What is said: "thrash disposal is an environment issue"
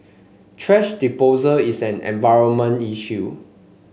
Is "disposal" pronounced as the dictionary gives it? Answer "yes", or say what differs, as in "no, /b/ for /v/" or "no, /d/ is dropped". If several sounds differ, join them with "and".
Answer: no, /s/ is dropped